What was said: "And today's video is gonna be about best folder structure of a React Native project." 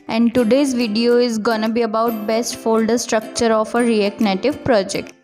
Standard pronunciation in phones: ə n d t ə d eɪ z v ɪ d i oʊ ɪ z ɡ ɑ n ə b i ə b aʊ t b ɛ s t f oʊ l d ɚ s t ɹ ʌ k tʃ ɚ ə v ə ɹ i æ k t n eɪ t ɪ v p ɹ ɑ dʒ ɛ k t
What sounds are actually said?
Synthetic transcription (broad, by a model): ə n d t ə d eɪ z v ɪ d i oʊ ɪ z ɡ ɑ n ə b i ə b aʊ t b ɛ s t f oʊ l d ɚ s t ɹ ʌ k tʃ ɚ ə f ə ɹ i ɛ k n eɪ t ɪ v p ɹ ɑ dʒ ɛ k t